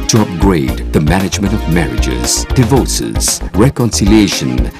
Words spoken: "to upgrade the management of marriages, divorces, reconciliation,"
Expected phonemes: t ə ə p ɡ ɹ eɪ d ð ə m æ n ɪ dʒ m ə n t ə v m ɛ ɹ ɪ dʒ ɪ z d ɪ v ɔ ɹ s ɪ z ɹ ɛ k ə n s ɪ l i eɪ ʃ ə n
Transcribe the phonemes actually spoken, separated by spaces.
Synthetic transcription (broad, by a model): t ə ə p ɡ ɹ eɪ d ð ə m æ n ɪ dʒ m ə n t ə v m ɛ ɹ ɪ dʒ ɪ z d ɪ v ɔ ɹ s ɪ z ɹ ɛ k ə n s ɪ l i eɪ ʃ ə n